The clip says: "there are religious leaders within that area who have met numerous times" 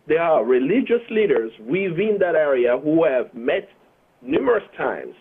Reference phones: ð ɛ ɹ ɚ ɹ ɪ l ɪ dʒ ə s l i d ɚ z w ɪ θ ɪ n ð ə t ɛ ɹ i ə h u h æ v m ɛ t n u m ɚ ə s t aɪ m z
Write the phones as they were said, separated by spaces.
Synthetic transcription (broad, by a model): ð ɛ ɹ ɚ ɹ ɪ l ɪ dʒ ə s l i d ɚ z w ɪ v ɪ n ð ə t ɛ ɹ i ə h u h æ v m ɛ t n u m ɚ ə s t aɪ m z